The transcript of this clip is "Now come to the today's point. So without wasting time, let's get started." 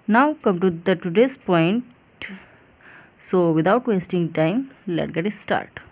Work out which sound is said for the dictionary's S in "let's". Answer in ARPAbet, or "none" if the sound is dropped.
none